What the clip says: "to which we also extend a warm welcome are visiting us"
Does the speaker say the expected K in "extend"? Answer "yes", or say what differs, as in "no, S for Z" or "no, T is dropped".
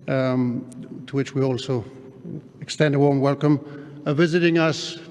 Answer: yes